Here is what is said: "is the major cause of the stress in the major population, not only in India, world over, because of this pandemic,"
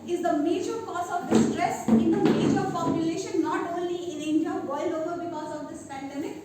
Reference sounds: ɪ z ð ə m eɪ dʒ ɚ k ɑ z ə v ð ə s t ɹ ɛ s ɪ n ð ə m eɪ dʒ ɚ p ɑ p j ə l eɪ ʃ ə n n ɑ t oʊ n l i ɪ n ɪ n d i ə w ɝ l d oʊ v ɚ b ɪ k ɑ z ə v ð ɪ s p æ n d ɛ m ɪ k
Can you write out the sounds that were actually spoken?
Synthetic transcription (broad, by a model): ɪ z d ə m eɪ dʒ ɚ k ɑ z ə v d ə s t ɹ ɛ s ɪ n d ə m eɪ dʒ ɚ f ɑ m j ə l eɪ ʃ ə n n ɑ t oʊ n l i ɪ n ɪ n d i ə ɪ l oʊ v ɚ b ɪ k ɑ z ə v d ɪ s p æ n d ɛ m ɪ k